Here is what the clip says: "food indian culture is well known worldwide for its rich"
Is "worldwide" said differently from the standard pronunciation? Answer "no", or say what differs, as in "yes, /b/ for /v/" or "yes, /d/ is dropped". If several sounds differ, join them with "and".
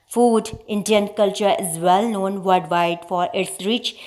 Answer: yes, /l/ is dropped